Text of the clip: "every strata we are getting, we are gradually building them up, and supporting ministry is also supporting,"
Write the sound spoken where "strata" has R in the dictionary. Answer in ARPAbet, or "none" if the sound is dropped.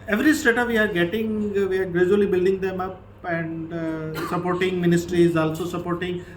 none